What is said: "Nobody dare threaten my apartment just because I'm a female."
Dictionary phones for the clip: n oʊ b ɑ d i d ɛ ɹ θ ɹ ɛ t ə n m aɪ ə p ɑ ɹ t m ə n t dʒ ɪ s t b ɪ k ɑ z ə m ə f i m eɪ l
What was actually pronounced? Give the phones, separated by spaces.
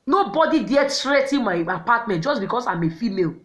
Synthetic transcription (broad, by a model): n oʊ b ɑ d i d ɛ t ɹ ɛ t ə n m aɪ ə p ɑ t m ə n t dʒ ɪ s b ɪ k ɑ s ə m ə f i m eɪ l